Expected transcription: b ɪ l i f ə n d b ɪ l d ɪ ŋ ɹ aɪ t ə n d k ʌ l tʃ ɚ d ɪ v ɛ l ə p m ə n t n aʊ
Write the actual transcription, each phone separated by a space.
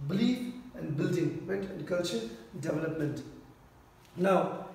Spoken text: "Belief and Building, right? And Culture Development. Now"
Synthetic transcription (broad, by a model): b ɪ l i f ə n d b ɪ l d ɪ ŋ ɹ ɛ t ə n d k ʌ l tʃ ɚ d ɪ v ɛ l ə p m ə n t n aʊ